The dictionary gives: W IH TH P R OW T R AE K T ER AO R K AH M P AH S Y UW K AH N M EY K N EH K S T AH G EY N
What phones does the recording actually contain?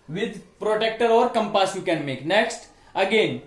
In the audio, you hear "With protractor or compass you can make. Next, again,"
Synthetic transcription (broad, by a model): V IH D P R OW T EH K T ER AO R K AH M P AH S Y UW K AH N M EY K N EH K S T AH G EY N